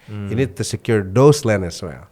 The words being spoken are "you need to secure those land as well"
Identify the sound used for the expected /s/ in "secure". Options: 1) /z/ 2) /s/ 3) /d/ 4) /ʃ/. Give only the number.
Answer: 2